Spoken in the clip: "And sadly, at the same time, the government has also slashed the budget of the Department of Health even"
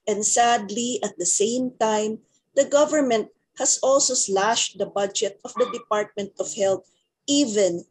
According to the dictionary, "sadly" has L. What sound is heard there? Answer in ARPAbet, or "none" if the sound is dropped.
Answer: L